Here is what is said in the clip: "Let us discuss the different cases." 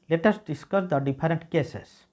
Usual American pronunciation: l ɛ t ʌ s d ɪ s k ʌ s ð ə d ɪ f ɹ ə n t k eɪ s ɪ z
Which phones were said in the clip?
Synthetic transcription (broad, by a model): l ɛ t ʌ s d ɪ s k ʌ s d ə d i p ɹ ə n t k eɪ s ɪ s